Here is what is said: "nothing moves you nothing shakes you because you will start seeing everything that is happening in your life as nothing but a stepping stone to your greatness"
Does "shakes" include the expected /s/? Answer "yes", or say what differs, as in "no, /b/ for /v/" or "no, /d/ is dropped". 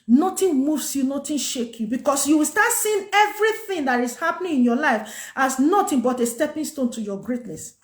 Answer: no, /s/ is dropped